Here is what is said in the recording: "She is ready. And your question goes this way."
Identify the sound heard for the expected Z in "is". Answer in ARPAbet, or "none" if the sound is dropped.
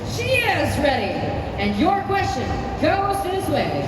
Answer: Z